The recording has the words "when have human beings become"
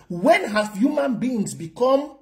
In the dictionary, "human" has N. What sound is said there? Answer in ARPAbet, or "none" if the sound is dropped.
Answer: N